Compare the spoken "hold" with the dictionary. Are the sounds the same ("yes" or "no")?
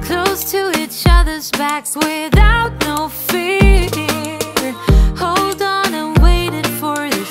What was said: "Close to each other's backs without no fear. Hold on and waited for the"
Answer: yes